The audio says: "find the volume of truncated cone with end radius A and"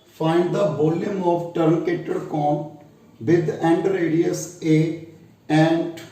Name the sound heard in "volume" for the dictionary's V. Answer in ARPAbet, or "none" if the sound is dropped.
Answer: B